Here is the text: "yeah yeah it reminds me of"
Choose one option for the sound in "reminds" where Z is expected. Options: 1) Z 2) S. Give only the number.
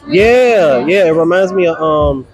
1